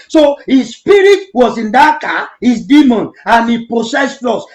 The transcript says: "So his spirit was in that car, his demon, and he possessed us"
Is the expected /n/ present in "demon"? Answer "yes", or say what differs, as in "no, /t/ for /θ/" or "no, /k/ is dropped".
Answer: yes